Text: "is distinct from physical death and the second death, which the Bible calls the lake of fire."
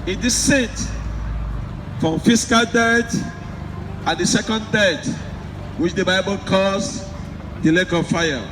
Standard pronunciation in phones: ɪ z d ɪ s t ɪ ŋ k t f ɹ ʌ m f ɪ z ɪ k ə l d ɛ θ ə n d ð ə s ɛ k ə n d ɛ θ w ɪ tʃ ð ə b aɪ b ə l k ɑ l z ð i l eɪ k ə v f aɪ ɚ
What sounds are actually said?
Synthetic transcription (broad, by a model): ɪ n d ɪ s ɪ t f ɹ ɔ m f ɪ s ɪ k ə l d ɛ t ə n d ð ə s ɛ k ə n d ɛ t w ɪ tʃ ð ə b aɪ b ə l k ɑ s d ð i l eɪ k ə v f aɪ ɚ